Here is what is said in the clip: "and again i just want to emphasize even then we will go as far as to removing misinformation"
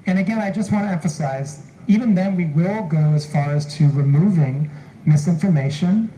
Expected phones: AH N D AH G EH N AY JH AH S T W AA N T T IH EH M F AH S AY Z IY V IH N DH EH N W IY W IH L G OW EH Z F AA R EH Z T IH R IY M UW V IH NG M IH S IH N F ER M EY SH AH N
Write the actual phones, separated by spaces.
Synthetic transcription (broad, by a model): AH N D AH G EH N AY JH AH S T W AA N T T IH EH M F AH S AY Z IY V IH N DH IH N W IY W IH L G OW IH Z F AA R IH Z T IH R IY M UW V IH NG M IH S IH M F ER M EY SH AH N